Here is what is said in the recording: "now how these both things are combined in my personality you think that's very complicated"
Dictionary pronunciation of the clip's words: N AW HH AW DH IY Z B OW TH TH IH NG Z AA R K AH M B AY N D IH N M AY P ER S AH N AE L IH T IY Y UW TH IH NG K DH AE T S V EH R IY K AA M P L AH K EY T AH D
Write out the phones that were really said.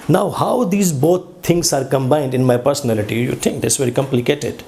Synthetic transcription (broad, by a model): N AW HH AW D IY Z B OW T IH NG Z AA R K AH M B AY N D IH N M AY P ER S AH N AE L IH T IY Y UW T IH NG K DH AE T S V EH R IY K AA M P L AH K EY T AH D